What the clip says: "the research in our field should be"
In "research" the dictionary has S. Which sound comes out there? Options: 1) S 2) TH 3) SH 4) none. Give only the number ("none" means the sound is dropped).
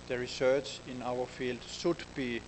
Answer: 1